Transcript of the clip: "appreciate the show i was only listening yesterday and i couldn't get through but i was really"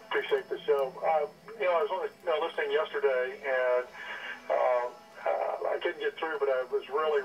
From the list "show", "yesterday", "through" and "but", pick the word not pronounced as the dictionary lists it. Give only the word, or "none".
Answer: show